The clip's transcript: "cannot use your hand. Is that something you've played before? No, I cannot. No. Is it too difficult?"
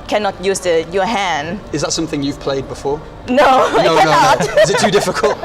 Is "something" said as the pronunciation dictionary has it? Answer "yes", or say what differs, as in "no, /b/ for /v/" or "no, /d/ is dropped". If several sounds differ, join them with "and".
yes